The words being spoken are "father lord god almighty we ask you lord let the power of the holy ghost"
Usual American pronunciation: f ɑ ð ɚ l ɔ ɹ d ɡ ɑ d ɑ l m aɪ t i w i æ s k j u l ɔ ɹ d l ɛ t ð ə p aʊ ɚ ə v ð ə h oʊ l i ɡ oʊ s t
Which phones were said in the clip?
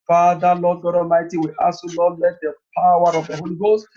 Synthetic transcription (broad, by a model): f ɑ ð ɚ l ɔ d ɡ ɑ d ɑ m aɪ t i w i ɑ s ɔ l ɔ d l ɛ t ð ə p aʊ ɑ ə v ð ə h oʊ l i ɡ oʊ s t